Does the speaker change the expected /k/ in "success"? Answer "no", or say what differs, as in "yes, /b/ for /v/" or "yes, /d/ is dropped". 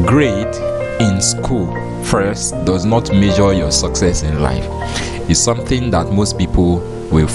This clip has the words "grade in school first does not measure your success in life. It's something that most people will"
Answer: no